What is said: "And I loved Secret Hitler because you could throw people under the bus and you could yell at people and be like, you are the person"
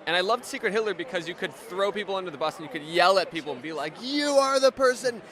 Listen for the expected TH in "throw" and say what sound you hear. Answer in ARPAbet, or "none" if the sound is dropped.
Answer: TH